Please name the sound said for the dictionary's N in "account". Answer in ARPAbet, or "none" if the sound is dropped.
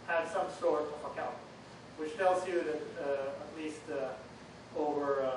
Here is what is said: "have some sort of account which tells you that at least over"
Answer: none